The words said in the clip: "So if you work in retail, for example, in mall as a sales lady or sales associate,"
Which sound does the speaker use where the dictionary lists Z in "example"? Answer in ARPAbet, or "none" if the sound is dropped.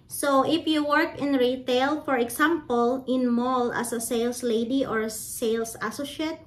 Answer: S